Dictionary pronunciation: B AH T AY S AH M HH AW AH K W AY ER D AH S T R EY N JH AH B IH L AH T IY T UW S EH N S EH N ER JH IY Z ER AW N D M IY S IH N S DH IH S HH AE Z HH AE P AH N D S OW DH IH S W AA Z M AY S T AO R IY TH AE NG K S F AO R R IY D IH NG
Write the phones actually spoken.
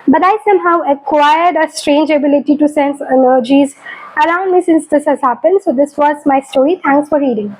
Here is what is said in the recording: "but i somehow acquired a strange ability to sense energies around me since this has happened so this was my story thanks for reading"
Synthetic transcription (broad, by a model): B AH T AY S AH M HH AW AH K W AY ER D AH S T R EY N JH AH B IH L AH T IY T UW S EH N S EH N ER JH IY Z ER AW N D M IY S IH N S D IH S HH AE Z HH AE P AH N D S OW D IH S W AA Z M AY S T AO R IY T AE NG K S F AO R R IY D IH NG